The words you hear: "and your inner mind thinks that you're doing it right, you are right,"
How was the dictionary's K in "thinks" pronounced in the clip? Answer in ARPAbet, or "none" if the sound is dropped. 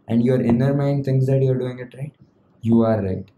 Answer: none